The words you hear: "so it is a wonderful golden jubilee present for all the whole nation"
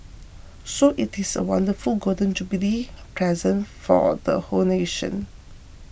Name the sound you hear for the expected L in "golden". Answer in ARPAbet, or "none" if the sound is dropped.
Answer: none